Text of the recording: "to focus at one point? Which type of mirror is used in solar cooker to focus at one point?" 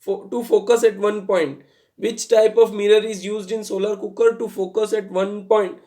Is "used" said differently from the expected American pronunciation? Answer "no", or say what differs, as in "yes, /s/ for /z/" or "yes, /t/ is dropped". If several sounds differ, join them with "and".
no